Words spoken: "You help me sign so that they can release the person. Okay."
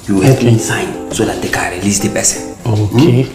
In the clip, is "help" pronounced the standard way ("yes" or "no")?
no